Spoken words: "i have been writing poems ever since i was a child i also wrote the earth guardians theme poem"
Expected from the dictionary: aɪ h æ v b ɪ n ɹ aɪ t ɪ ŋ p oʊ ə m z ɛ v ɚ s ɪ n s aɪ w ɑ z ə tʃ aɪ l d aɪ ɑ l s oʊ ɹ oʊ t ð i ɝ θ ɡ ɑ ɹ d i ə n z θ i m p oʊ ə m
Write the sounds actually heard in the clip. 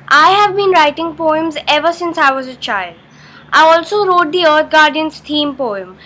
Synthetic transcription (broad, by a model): aɪ h æ v b ɪ n ɹ aɪ t ɪ ŋ p oʊ ə m z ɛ v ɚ s ɪ n s aɪ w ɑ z ə tʃ aɪ l d aɪ ɑ l s oʊ ɹ oʊ t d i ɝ t ɡ ɑ ɹ d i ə n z t i m p oʊ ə m